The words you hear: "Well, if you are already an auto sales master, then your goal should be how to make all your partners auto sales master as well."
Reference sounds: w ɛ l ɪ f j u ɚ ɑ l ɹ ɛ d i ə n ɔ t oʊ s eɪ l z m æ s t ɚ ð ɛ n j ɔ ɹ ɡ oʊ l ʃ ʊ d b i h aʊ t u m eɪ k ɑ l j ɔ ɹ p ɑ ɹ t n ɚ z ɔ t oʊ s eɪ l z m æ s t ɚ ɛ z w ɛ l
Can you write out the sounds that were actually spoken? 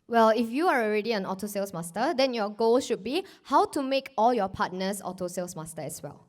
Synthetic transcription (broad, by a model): w ɛ l ɪ f j u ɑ ɑ l ɹ ɛ d i ə n ɔ t oʊ s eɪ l s m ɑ s t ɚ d ɛ n j ɔ ɡ oʊ l ʃ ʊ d b i h aʊ t u m eɪ k ɑ l j ɔ p ɑ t n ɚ s ɔ t oʊ s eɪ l s m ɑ s t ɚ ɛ s w ɛ l